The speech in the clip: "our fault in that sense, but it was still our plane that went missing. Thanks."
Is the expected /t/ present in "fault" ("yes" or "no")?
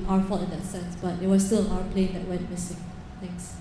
no